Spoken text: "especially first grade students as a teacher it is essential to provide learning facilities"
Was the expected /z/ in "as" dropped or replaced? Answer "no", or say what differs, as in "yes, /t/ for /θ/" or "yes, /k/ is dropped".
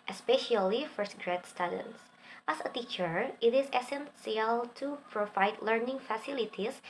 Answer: yes, /s/ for /z/